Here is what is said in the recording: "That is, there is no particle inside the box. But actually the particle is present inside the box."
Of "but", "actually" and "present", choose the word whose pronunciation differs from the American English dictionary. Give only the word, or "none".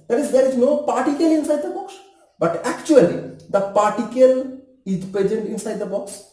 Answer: present